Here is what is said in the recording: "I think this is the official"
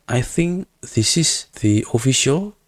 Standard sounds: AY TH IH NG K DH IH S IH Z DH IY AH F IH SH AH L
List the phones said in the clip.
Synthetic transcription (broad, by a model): AY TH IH NG K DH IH S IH S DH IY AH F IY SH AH L